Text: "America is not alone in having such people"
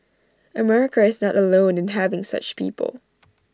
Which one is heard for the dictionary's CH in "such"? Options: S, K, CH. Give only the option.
CH